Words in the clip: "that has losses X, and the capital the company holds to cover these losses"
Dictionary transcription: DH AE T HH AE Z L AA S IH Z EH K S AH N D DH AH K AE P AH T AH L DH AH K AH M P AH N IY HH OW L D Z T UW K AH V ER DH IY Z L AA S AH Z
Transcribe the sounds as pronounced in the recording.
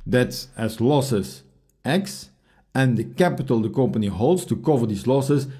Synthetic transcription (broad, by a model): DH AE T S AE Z L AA S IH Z EH K S AH N D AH K AE P AH T AH L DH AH K AH M P AH N IY HH OW L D S T UW K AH V ER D IY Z L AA S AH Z